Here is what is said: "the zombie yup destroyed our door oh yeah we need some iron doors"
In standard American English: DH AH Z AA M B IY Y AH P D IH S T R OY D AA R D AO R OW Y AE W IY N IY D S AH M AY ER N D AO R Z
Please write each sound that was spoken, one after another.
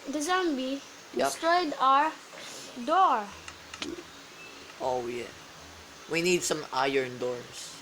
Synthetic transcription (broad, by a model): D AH Z AA M B IY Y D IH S T R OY D AA R D AO R OW Y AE W IY N IY D S AH M AY ER N D AO R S